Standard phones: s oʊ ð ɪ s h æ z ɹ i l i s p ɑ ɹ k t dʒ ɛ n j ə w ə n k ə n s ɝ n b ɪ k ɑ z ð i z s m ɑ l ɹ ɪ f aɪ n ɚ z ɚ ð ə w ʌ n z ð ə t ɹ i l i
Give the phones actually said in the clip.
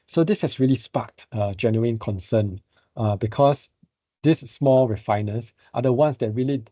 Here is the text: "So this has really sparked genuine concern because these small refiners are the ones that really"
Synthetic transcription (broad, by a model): s oʊ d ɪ s h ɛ s ɹ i l i s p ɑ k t dʒ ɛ n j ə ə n k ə n s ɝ n b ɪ k ɑ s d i s m ɑ l ɹ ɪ f aɪ n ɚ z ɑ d ə w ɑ n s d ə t ɹ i l i